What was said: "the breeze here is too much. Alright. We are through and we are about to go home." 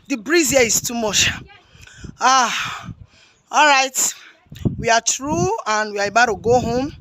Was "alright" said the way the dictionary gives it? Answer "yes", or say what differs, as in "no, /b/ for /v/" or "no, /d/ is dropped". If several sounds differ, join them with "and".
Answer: yes